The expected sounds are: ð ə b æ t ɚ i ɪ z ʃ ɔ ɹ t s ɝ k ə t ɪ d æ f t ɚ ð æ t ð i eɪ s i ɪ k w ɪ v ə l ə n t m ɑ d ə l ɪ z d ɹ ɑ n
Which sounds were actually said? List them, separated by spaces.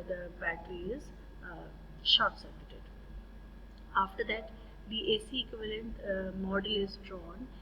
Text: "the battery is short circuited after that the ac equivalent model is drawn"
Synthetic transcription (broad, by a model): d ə b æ t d i ɪ z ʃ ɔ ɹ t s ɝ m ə t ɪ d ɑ f t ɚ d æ t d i eɪ s i ɪ k w ɪ v ə l ə n t m ɑ d ə l ɪ z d ɹ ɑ n